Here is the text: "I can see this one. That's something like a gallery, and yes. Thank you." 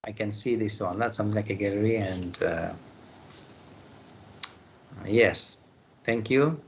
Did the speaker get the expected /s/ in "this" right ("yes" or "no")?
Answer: yes